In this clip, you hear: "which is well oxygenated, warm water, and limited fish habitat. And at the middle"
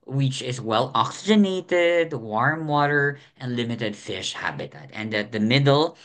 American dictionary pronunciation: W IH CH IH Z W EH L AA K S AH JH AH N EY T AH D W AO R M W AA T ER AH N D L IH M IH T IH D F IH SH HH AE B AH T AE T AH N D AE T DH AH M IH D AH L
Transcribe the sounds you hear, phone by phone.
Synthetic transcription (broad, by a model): W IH CH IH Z W EH L AA K S AH JH AH N EY T AH D W AO R M W AA T ER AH N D L IH M IH T IH D F IH SH HH AE B AH T AE T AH N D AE T DH AH M IH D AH L